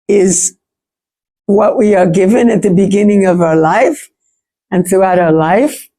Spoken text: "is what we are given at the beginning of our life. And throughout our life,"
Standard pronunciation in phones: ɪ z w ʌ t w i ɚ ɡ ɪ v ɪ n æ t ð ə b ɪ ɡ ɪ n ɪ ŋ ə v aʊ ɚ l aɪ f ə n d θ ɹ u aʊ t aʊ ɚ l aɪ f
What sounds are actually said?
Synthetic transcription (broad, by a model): ɪ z w ʌ t w i ɚ ɡ ɪ v ɪ n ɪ t ð ə b ɪ ɡ ɪ n ɪ ŋ ə v aʊ ɚ l aɪ f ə n θ ɹ u aʊ t aʊ ɚ l aɪ f